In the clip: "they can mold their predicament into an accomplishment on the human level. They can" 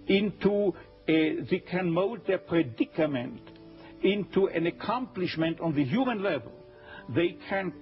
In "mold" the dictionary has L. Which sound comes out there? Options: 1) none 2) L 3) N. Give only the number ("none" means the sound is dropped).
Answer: 1